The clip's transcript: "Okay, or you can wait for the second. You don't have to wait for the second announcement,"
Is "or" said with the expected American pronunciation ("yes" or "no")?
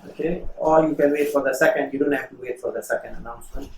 no